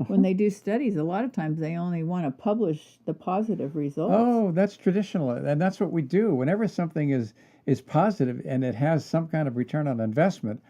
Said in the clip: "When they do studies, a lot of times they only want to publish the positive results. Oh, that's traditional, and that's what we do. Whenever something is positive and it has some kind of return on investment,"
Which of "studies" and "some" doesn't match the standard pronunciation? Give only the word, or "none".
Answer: none